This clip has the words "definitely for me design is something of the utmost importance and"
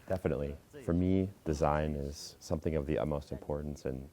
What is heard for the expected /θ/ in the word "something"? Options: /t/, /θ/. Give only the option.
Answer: /θ/